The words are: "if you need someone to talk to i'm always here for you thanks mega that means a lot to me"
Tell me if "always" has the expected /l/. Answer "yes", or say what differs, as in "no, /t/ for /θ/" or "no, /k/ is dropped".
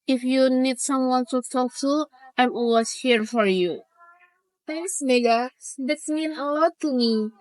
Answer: no, /l/ is dropped